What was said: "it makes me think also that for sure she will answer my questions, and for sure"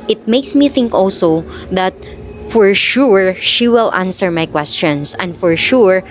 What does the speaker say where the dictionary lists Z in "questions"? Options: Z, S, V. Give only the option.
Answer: S